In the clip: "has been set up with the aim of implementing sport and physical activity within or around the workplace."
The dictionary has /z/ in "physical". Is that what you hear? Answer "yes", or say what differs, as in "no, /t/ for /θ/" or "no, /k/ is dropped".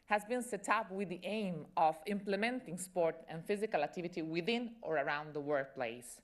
yes